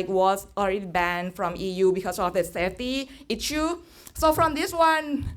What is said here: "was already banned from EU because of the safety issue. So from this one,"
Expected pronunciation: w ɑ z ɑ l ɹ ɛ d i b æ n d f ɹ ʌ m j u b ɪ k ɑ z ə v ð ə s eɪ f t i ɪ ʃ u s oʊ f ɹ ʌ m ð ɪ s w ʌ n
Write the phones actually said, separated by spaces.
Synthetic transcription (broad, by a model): w ɑ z ɑ l ɹ ɛ d i b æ n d f ɹ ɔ m j u b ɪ k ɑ s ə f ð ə s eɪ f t i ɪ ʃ u s oʊ f ɹ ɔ m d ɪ s w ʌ n